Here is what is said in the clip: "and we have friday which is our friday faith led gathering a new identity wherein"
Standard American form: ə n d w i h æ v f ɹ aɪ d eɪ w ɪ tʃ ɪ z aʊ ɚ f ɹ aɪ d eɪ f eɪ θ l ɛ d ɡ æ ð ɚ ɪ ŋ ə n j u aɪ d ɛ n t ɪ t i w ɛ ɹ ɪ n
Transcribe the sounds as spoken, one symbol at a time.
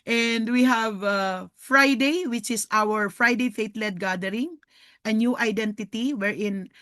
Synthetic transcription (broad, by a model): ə n d w i h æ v f ɹ aɪ d eɪ w ɪ tʃ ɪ s aʊ ɚ f ɹ aɪ d eɪ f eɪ t l ɛ d ɡ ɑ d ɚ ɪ ŋ ə n j u aɪ d ɛ n t ɪ t i w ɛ ɹ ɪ n